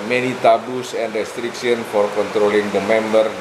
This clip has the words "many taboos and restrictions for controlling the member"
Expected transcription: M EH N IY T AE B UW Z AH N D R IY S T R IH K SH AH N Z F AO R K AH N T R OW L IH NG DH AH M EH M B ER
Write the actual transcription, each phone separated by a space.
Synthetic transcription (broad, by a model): M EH N IY T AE B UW S AH N D R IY S T R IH K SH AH N F AO R K AH N T R OW L IH NG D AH M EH M B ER